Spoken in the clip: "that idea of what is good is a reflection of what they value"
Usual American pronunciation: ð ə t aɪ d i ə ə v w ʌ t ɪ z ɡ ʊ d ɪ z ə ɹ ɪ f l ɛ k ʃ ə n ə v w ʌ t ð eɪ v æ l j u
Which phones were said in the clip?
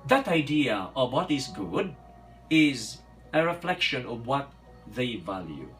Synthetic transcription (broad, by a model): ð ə t aɪ d i ə ə v w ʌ t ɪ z ɡ ʊ d ɪ z ə ɹ ɪ f l ɛ k ʃ ə n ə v w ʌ t ð eɪ v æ l j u